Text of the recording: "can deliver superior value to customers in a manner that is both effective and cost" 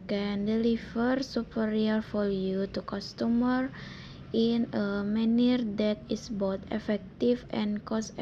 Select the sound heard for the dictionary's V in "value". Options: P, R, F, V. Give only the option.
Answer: F